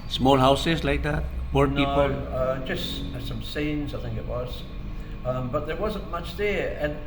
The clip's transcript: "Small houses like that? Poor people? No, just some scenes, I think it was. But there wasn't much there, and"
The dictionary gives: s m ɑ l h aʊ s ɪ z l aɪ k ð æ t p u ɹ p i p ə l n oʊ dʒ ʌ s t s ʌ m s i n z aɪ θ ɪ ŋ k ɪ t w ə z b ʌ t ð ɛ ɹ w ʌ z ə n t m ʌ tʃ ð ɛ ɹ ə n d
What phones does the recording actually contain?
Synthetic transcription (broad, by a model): s m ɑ l h aʊ s ɪ z l aɪ k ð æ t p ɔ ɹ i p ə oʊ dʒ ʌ s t s ʌ m s i n z aɪ θ ɪ ŋ k ɪ t w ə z b ʌ t ð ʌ ɹ w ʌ z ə n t m ʌ tʃ ð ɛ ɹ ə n